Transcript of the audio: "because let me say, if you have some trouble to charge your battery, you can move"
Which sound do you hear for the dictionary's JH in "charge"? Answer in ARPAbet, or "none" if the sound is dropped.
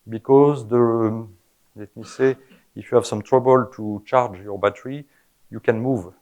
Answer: JH